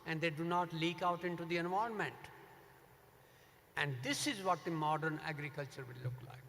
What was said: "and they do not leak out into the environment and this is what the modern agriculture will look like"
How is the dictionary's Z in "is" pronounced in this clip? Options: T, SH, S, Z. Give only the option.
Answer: Z